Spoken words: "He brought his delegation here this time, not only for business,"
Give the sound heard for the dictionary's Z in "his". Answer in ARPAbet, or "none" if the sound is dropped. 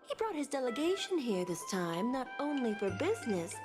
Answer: Z